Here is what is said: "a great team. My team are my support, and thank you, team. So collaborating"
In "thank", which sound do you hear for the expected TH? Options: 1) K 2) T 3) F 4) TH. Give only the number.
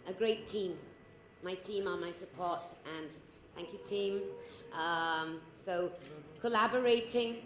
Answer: 4